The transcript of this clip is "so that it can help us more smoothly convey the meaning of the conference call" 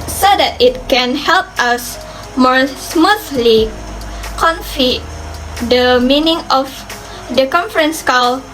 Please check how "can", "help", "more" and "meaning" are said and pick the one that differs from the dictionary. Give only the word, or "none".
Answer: none